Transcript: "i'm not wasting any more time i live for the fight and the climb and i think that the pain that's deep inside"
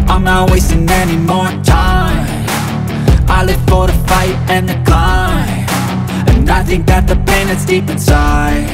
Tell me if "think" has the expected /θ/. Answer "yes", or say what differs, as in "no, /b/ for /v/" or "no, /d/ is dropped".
yes